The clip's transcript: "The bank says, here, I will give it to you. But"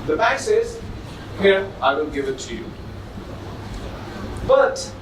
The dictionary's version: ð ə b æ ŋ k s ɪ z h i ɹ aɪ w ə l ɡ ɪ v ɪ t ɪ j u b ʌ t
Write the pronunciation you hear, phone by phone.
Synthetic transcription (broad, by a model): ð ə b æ k s ɪ z h i ɹ aɪ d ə n ɡ ɪ v ɪ t ɪ j u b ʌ t